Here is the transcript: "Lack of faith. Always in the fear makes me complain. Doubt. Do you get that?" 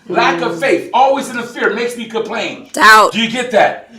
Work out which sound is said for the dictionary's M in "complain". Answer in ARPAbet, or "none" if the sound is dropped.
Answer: none